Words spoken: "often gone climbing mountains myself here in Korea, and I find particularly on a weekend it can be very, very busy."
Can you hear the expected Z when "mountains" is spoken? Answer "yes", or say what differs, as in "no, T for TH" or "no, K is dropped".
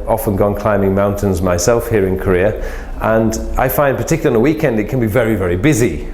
yes